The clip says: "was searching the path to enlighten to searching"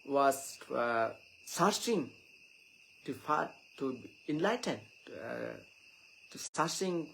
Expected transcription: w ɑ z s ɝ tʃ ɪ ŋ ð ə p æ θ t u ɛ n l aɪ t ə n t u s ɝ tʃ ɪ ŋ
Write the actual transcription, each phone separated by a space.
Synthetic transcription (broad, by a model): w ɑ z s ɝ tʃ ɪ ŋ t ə f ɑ t u ɛ n l aɪ t ə n t u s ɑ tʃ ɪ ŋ